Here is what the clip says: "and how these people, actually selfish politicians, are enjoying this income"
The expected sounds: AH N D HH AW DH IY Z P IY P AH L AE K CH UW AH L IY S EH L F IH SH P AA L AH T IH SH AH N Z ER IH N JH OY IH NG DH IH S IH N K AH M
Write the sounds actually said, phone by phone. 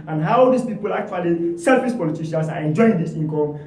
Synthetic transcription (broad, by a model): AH N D HH AW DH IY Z P IY P AH L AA K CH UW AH L IY S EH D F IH S P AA L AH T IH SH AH N S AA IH N JH OY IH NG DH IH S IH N K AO M